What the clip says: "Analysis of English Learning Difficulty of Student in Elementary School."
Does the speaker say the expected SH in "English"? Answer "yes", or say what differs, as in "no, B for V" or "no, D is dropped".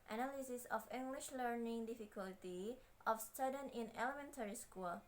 yes